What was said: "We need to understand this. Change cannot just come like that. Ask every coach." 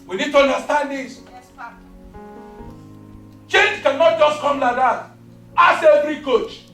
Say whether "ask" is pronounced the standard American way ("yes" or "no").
no